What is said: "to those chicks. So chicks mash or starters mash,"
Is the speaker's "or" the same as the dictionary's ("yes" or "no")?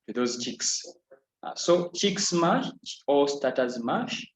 no